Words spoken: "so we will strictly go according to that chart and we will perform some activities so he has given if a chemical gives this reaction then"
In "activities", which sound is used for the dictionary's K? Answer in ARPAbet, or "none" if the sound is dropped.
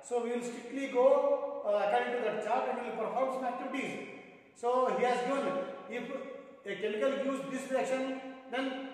none